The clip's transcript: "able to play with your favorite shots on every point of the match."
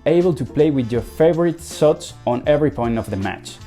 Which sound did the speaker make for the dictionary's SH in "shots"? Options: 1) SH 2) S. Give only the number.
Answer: 2